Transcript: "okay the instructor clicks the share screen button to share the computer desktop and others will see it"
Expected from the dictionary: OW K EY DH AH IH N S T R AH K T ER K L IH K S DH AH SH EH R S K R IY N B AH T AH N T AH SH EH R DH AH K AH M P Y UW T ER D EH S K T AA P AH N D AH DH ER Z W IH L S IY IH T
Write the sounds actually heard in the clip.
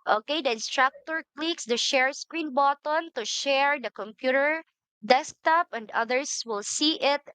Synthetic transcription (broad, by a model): OW K EY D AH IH N S T R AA K T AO K L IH K S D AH SH EH R S K R IY N B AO T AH N T AH SH EH R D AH K AH M P Y UW T ER D EH S K T AA P AH N D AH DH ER S W IH L S IY IH T